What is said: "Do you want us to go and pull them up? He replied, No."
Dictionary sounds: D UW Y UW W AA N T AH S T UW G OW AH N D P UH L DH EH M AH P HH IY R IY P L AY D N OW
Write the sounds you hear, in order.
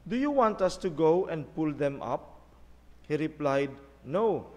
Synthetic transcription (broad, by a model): D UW Y UW W AA N T AH S T UW G OW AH N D P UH L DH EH M AH P HH IY R IY P L AY D N OW